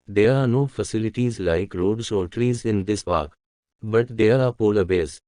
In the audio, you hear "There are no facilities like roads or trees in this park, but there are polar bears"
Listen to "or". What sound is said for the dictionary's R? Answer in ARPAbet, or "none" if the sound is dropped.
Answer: L